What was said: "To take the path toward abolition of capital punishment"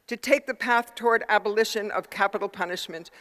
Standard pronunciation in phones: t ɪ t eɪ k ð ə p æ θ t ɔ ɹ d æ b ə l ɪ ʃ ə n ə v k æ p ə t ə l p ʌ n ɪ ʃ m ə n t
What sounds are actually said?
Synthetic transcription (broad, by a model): t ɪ t eɪ k ð ə p æ θ t ɔ ɹ d æ b ə l ɪ ʃ ə n ə v k æ p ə t l p ʌ n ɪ ʃ m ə n t